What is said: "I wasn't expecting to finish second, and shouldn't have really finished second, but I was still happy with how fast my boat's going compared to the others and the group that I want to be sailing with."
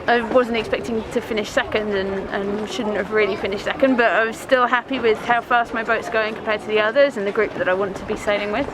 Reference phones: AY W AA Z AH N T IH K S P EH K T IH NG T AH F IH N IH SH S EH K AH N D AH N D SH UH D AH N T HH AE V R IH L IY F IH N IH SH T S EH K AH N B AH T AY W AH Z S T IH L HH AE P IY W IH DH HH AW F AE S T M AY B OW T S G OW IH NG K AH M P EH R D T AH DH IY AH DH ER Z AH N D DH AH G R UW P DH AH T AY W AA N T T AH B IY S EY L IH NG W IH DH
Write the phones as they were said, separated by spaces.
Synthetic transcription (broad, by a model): AY W AA Z AH N T IH K S P EH K T IH NG T AH F IH N IH SH S EH K AH N D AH N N SH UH D N T HH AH V R IH L IY F IH N IH SH T S EH K AH N B AH T AY W AH Z S T IH L HH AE P IY W IH DH HH AW F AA S T M AY B OW T S G OW IH NG K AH M P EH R D T AH DH IY AH DH ER Z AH N DH AH G R UW P DH AH T AY W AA N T T AH B IY S EY L IH NG W IH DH